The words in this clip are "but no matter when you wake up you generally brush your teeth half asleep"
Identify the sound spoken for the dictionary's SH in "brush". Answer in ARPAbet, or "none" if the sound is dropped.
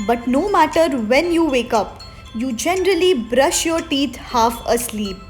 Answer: SH